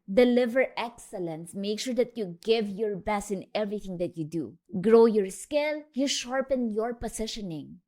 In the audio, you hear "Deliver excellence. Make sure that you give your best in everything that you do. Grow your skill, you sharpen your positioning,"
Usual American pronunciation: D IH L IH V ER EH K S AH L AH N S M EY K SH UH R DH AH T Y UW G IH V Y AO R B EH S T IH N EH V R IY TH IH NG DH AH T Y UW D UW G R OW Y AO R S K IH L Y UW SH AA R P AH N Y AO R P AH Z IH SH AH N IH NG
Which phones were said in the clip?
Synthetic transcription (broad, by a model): D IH L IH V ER EH K S AH L AH N S M EY K SH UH R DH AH T Y UW G IH V Y AO R B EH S IH N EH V R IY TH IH NG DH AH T Y UW D UW G R OW Y AO R S K IH L Y UW SH AA R P AH N Y AO R P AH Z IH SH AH N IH NG